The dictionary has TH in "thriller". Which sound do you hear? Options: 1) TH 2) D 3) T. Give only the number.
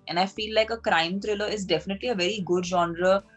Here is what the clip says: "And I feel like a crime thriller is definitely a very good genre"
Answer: 3